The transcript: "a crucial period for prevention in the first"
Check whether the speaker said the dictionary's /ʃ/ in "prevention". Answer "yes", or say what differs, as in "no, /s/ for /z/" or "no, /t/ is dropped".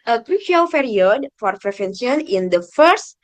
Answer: no, /s/ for /ʃ/